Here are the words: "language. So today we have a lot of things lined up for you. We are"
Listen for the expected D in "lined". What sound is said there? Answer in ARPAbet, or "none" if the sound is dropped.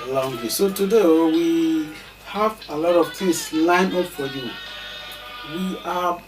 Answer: none